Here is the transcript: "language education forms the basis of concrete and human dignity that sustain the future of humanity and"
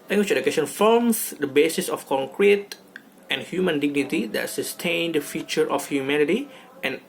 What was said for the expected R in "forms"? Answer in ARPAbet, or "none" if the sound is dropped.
L